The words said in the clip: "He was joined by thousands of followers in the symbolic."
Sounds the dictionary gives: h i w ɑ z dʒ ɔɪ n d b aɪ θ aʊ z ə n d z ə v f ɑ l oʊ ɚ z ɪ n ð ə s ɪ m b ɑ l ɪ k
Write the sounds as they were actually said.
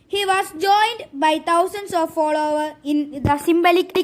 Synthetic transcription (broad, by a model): h i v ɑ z dʒ ɔɪ n d b aɪ t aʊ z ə n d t ə v f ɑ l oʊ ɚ ɪ n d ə s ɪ m b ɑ l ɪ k